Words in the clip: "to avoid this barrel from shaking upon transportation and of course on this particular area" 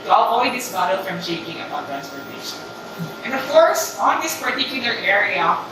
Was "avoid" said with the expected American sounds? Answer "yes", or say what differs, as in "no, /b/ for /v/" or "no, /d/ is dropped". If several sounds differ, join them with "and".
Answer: no, /w/ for /v/